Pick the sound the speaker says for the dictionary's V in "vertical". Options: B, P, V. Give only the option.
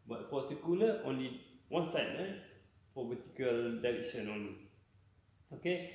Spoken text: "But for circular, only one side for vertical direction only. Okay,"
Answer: B